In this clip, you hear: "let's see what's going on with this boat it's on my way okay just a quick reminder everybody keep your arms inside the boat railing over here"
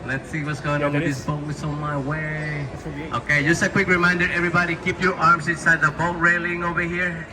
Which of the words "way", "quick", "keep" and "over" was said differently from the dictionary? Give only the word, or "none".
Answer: none